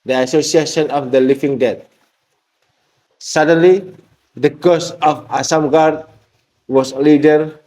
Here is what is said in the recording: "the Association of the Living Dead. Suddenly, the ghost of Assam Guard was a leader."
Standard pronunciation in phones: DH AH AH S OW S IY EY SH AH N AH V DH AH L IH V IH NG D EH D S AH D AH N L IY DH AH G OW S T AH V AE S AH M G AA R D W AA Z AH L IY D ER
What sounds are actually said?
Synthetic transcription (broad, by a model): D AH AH S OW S IY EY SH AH N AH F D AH L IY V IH NG D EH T S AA D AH N L IY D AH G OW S AH F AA S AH M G AA R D W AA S L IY D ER